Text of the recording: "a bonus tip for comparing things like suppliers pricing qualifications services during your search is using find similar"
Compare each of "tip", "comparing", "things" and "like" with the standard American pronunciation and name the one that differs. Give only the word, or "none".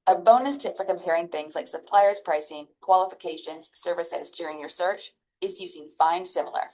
none